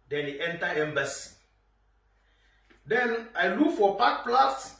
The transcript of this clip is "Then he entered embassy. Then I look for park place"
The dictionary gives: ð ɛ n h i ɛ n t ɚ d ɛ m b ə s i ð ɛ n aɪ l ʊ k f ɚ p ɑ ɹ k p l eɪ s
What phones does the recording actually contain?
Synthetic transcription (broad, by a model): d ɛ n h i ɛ n t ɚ ɛ m b ə s i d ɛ n aɪ l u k f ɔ p ɑ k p l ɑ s